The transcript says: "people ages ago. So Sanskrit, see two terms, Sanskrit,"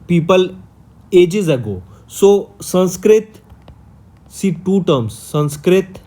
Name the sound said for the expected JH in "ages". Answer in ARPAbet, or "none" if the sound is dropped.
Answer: JH